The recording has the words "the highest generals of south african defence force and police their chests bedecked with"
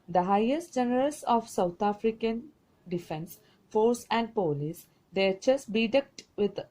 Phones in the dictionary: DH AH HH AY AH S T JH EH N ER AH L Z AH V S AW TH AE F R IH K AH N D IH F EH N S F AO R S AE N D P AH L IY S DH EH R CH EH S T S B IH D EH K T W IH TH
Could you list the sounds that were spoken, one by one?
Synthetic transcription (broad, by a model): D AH HH AY AH S T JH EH N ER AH L S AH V S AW T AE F R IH K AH N D IH F EH N S F AO R S AE N D P AH L IY S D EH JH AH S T B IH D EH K T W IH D